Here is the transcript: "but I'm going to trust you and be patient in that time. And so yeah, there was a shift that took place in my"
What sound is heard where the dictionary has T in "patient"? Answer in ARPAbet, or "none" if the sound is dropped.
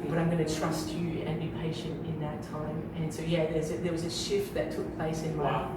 T